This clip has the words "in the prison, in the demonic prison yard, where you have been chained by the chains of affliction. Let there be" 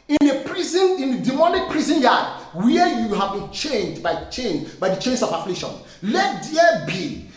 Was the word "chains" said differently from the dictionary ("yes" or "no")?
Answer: yes